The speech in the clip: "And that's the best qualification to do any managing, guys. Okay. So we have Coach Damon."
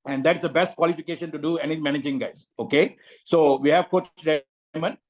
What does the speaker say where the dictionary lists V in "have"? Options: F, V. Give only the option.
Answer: V